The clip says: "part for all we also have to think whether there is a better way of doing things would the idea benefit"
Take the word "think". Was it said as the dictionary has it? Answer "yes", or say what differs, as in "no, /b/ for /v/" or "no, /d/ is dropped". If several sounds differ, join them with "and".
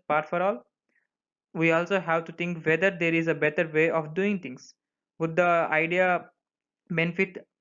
no, /t/ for /θ/